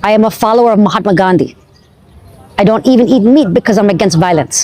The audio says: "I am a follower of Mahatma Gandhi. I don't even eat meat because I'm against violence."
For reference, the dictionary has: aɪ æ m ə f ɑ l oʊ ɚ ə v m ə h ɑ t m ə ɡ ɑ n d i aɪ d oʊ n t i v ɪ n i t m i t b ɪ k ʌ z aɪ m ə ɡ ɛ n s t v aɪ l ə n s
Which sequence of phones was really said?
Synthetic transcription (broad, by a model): aɪ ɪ m ə f ɑ l oʊ ɚ ə v m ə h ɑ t m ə ɡ ɑ n d i aɪ d oʊ n t i v ɪ n i t m i t b ɪ k ʌ z aɪ m ə ɡ ɛ n s t v aɪ l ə n s